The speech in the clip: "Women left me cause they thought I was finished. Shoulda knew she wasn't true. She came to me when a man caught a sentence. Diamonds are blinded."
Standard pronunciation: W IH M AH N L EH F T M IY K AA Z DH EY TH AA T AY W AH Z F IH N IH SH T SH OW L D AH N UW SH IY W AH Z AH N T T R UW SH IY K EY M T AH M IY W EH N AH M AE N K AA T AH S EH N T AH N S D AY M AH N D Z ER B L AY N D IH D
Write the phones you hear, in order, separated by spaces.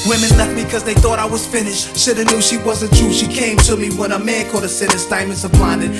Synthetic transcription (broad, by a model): W IH M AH N L EH F T M IY K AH Z DH EY TH AA T AY W AH Z F IH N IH SH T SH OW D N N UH SH IY W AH Z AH N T T R UW SH IY K EY M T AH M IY W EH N AH M AE N K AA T AH S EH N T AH S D AY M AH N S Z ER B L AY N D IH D